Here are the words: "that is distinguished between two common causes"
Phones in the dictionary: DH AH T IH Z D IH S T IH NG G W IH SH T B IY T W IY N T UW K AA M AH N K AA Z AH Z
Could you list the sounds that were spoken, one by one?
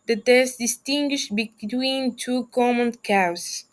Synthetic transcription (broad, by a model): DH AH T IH S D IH S T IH NG G W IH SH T B IY T W IY N T UW K AA M AH N K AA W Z